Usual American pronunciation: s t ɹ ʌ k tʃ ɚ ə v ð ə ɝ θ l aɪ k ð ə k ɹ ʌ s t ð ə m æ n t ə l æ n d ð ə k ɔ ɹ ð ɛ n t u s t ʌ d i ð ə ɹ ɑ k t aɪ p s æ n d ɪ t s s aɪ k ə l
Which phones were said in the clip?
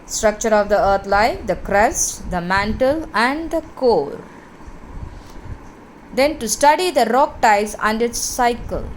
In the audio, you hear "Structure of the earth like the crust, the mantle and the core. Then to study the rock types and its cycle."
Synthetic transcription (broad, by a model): s t ɹ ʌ k tʃ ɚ ə v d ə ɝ t l aɪ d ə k ɹ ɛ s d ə m æ n t ə l æ n d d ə k ɔ ɹ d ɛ n t u s t ʌ d i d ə ɹ ɑ k t aɪ s æ n d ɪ t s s aɪ k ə l